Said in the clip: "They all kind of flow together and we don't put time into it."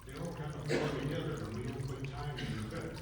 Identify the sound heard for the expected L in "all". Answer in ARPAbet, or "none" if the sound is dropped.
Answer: N